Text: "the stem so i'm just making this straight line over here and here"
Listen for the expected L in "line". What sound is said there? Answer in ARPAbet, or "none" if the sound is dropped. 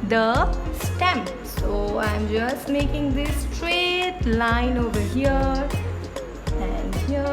L